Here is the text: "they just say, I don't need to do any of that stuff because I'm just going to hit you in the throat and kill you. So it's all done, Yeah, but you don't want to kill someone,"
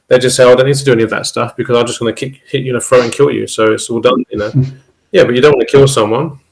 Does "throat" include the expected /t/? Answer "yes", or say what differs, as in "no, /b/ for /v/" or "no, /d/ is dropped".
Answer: no, /t/ is dropped